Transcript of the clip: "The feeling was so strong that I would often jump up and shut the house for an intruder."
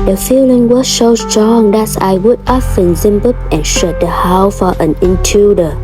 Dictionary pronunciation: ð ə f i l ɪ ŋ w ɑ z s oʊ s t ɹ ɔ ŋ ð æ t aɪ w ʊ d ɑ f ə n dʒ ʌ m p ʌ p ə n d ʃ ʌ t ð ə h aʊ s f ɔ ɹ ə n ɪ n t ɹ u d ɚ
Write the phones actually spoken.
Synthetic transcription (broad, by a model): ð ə f i l ɪ ŋ w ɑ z s oʊ s t ɹ ɔ ŋ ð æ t aɪ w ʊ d ɑ f ə n z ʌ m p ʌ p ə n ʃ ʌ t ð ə h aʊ f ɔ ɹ ə n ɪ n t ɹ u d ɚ